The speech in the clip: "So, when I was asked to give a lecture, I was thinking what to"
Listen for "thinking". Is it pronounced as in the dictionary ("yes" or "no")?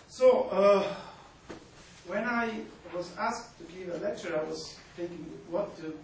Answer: no